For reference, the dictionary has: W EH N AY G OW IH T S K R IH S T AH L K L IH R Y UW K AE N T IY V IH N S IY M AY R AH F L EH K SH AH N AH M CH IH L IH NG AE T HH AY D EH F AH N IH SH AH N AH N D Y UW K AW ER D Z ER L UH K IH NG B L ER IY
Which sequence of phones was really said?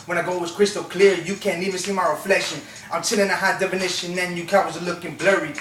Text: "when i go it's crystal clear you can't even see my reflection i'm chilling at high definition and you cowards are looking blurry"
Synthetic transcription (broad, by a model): W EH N AY G OW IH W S K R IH S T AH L K L IH R Y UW K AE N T IY V IH N S IY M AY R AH F L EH SH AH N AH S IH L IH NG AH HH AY D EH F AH N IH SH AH N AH N Y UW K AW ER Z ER L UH K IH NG B L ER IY